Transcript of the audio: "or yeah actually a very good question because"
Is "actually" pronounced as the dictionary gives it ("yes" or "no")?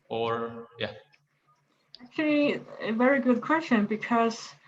yes